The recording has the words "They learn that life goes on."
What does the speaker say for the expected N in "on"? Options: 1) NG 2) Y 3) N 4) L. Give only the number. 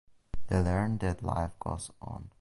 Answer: 3